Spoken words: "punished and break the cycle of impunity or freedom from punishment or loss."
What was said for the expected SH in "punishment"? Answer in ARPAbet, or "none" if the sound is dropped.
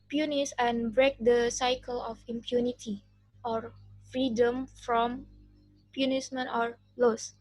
S